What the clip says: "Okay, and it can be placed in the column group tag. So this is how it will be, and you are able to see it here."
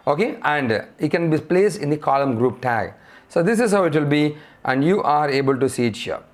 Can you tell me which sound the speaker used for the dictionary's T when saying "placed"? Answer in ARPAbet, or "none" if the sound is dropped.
none